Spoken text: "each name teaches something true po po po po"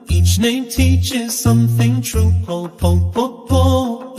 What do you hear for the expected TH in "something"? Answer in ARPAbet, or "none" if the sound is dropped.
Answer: TH